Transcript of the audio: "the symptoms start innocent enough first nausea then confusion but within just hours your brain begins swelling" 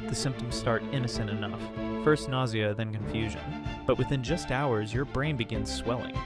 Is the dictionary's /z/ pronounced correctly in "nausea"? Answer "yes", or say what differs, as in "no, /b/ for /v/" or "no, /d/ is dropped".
yes